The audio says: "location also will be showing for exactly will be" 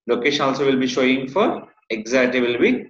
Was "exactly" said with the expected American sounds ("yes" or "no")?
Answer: no